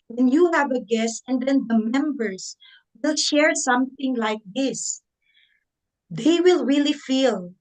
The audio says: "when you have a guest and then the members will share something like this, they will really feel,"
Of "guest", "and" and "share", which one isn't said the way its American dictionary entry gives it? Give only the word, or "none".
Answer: none